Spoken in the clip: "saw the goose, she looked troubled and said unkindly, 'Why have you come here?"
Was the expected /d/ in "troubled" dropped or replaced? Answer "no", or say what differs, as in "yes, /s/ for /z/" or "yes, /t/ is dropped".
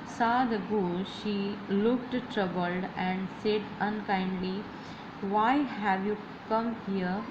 no